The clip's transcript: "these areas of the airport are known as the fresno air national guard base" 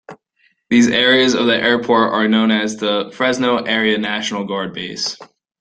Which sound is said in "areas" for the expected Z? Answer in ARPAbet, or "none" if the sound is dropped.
Z